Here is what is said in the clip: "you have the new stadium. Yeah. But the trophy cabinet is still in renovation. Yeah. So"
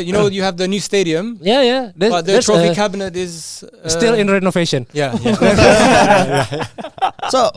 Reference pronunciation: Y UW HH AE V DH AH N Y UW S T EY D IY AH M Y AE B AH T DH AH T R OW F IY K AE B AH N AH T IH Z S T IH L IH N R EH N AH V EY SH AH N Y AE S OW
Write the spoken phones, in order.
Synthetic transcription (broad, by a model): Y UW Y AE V DH AH N Y UW S T EY D IY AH M Y AE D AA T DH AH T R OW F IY K AE B AH N AH T IH Z S T IH L IH N R EH N AH V EY SH AH N Y AE S OW